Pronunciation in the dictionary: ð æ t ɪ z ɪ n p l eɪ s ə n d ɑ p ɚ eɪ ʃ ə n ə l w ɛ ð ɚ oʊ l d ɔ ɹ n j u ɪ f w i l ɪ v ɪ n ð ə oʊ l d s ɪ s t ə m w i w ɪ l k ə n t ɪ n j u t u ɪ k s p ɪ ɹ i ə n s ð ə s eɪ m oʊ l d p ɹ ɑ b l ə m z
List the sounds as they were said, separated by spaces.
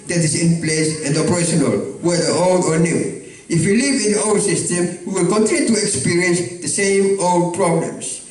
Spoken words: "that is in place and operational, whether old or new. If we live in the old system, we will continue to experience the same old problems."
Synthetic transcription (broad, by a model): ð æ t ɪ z ɪ n p l eɪ s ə n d ɑ p ɚ eɪ ʃ ə n ə l w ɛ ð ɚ oʊ l d ɔ ɹ n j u ɪ f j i l ɪ v ɪ n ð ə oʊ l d s ɪ s t ə m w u w ɪ l k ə n t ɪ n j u t u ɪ k s p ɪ ɹ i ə n s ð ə s eɪ m oʊ l d p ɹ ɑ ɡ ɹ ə m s